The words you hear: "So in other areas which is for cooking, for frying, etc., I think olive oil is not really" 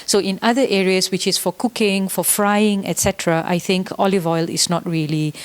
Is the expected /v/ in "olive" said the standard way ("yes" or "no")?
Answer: yes